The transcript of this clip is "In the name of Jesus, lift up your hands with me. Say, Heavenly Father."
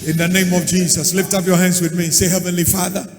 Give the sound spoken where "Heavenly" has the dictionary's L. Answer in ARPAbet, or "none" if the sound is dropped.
L